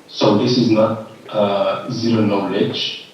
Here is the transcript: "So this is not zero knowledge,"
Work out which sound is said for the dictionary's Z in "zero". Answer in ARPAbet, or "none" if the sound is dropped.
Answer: Z